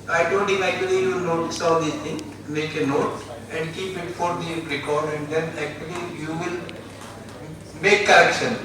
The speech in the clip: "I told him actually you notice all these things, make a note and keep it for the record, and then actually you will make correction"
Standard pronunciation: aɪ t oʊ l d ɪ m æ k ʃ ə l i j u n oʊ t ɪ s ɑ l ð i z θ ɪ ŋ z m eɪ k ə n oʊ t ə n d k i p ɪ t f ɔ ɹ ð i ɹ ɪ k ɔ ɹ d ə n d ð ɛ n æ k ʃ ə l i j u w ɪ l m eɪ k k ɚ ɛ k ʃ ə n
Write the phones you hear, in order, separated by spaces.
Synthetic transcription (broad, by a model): aɪ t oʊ d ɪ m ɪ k ə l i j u n oʊ t ɪ s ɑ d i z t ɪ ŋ m eɪ k ə n oʊ t ə n d k i p ɪ t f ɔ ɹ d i ɹ ɪ k ɔ ɹ d ə n d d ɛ n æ k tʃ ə l i j u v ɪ l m eɪ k k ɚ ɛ k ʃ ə n